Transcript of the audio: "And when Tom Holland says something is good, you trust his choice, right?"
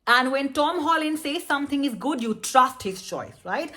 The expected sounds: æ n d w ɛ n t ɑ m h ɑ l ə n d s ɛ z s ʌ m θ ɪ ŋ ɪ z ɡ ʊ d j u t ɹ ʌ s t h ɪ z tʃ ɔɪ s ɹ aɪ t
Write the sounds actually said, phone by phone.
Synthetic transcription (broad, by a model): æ n d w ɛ n t ɑ m h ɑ l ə n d s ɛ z s ʌ m t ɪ ŋ ɪ z ɡ ʊ d j u t ɹ ʌ s t h ɪ z tʃ ɔɪ s ɹ aɪ t